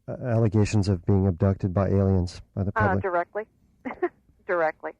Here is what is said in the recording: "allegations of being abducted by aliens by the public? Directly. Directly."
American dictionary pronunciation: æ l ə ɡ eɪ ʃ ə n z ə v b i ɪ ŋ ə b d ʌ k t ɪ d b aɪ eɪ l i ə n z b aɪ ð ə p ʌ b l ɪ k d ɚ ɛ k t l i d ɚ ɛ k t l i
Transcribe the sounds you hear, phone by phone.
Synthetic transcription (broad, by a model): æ l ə ɡ eɪ ʃ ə n z ə v b i ɪ ŋ ə b d ʌ k t ɪ d b aɪ eɪ l i ə n z b aɪ ð ə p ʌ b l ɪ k d ɚ ɛ k t l i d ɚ ɛ k t l i